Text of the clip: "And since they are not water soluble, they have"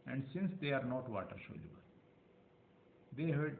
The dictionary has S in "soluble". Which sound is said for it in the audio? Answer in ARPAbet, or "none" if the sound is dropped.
SH